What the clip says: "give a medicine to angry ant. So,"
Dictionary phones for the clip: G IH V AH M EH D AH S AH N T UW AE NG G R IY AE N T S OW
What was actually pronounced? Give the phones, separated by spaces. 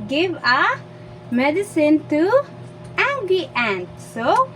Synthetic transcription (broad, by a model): G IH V AH M EH D AH S AH N T UW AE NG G IY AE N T S OW